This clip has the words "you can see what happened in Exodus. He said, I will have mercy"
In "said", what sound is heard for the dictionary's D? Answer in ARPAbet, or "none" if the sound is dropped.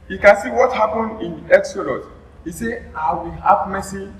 none